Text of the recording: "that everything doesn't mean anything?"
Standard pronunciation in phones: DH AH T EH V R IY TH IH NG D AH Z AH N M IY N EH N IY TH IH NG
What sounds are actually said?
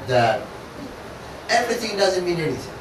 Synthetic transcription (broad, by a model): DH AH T EH V R IY TH IH NG D AH Z AH N M IY N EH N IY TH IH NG